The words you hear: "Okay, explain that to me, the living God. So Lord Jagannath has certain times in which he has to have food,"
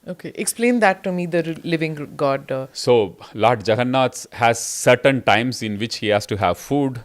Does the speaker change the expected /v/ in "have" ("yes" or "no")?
no